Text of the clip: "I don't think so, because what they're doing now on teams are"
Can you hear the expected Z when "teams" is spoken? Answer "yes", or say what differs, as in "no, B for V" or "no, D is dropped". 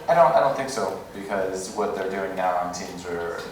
yes